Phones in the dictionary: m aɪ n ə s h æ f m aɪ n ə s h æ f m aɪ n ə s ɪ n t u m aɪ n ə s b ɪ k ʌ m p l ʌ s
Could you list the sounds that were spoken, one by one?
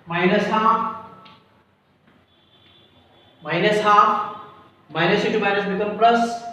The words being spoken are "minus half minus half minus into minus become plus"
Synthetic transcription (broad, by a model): m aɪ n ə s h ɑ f m aɪ n ə s h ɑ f m aɪ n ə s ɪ t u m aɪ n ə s b ɪ k ʌ m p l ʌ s